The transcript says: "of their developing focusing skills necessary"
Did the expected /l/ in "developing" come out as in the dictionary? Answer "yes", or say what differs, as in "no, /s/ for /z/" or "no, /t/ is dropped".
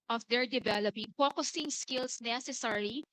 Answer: yes